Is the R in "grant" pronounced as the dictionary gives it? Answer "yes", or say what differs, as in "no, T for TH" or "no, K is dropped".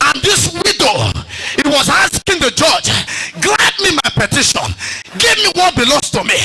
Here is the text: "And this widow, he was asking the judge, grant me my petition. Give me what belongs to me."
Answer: no, L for R